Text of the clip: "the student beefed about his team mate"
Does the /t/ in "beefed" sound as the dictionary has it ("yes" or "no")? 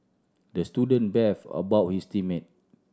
no